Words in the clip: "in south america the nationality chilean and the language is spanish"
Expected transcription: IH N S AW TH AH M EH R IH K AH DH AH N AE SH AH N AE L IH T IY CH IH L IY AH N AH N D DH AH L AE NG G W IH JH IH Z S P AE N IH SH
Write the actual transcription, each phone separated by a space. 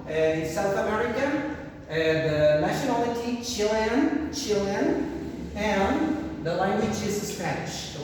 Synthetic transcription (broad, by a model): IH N S AW TH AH M EH R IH K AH DH AH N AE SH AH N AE L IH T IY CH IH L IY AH L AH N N DH AH L AE NG G W IH JH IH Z S P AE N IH SH